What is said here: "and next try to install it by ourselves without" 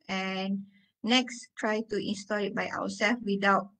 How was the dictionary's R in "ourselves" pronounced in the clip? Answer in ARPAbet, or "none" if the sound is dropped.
W